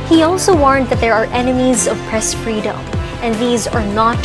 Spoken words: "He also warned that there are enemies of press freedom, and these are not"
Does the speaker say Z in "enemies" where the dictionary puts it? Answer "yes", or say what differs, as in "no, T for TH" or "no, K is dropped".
yes